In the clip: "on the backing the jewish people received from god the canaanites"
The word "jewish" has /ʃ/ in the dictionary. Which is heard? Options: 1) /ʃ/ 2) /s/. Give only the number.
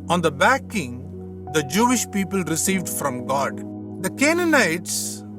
1